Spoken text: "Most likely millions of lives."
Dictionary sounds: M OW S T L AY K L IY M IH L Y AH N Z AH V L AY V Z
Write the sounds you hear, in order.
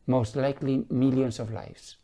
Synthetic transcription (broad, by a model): M OW S T L AY K L IY M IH L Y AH N S AH V L AY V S